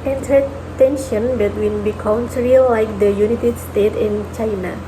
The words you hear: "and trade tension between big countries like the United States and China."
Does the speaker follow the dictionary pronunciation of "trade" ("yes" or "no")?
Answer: no